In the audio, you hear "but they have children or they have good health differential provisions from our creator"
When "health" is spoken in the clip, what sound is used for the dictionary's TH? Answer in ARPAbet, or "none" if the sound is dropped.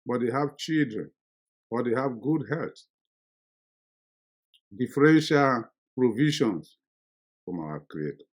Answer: T